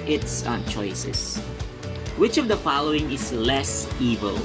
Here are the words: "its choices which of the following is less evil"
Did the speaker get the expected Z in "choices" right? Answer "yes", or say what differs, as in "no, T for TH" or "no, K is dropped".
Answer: no, S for Z